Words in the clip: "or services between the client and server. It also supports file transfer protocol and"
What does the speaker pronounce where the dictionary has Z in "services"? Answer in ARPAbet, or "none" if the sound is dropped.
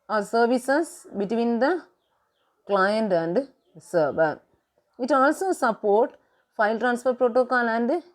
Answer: S